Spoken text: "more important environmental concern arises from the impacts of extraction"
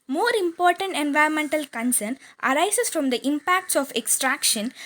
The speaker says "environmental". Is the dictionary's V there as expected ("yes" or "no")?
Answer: yes